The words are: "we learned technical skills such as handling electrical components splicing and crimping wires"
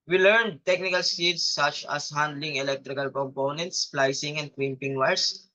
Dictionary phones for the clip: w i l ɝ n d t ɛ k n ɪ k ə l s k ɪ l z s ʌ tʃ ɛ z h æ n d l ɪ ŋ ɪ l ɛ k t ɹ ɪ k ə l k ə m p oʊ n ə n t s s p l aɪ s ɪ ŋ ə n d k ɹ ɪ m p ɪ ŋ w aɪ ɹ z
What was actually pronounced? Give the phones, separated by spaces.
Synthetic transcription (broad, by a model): w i l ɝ n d t ɛ k n ɪ k ə l s i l s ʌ tʃ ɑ s h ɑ n d l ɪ ŋ ɪ l ɛ k t ɹ ɪ k ə l k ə m p oʊ n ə n t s s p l aɪ s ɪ ŋ ə n d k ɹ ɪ m p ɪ ŋ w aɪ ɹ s